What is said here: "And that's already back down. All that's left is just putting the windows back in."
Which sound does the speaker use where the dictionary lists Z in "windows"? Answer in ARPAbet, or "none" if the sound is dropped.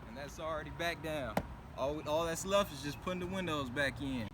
Z